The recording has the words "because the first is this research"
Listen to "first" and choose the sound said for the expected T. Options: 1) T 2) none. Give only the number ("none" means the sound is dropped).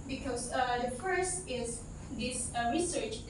1